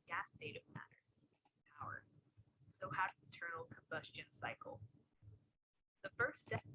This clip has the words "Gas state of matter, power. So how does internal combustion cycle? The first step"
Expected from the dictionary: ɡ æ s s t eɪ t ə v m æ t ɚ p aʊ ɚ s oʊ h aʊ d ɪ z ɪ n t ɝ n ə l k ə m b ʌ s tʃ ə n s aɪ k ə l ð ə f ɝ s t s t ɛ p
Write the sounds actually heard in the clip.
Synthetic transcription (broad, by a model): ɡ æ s s t eɪ t ə v m æ t ɚ p aʊ ɚ s oʊ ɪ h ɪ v t ɝ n l k ə m b ʌ s tʃ ə n s aɪ k l ð ə f ɝ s s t ɛ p